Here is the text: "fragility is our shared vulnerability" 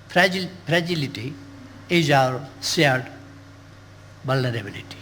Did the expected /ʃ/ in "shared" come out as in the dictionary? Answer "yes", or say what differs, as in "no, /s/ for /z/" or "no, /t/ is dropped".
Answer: no, /s/ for /ʃ/